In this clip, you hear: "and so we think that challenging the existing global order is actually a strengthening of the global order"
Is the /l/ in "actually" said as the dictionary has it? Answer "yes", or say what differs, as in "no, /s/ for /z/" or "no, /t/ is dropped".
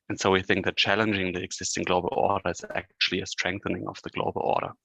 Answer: yes